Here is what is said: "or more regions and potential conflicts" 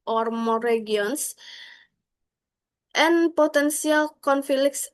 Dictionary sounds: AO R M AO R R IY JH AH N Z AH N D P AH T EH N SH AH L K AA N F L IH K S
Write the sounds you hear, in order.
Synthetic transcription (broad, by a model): AO R M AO R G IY AH N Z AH N P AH T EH N S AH L K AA N F L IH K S